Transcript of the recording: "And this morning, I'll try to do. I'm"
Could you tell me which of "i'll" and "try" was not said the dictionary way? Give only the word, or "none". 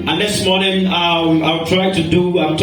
i'll